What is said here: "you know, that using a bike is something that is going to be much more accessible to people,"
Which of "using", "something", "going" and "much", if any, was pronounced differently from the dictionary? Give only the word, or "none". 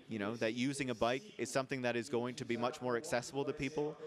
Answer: none